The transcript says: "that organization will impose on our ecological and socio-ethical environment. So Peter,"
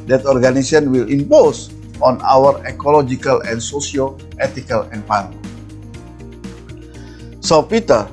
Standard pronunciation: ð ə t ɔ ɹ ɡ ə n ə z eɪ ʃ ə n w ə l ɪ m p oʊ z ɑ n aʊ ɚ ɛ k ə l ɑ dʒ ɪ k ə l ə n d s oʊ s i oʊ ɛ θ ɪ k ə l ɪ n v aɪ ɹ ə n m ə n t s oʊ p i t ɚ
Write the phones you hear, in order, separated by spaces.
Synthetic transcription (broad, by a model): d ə t ɔ ɹ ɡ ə n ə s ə n w ə l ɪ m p oʊ s ɑ n aʊ ɚ ɛ k ə l ɑ dʒ ɪ k ə l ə n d s oʊ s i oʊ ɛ t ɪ k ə l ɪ n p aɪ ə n ə s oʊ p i t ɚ